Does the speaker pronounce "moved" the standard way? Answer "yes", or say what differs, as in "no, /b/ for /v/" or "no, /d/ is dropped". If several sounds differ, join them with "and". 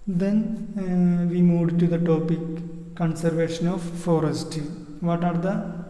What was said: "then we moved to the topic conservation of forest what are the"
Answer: no, /v/ is dropped